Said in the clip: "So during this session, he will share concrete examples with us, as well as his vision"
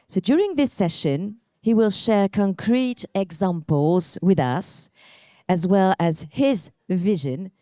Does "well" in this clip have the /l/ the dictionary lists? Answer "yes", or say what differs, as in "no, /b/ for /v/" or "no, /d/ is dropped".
yes